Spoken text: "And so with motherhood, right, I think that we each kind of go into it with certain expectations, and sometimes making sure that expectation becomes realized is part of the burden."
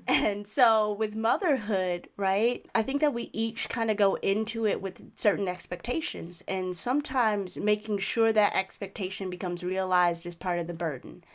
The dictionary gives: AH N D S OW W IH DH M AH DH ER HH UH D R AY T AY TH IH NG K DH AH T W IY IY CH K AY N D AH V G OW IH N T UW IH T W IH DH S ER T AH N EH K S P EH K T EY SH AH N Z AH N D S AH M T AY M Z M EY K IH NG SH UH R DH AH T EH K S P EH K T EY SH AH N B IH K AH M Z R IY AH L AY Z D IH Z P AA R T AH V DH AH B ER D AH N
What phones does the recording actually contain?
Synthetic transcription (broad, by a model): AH N S OW W IH DH M AH DH ER HH UH D R AY T AY TH IH NG K DH AH T W IY IY CH K AY N D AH G OW IH N T UW IH T W IH DH S ER T N EH K S P EH K T EY SH AH N Z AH N S AH M T AY M Z M EY K IH NG SH UH R DH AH T EH K S P EH K T EY SH AH N B IH K AH M Z R IY AH L AY Z D IH Z P AA R T AH V DH AH B ER D N